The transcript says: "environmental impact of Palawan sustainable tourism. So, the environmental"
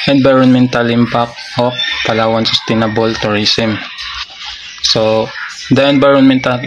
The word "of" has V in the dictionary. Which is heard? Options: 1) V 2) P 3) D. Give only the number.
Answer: 2